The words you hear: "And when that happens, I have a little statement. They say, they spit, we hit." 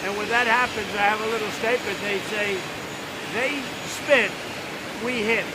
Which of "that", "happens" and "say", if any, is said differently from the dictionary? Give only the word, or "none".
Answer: none